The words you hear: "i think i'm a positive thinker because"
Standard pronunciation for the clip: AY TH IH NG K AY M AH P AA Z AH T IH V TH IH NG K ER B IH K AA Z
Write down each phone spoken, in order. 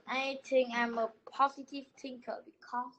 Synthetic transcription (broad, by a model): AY T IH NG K AY M AH P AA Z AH T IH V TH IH NG K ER B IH K AA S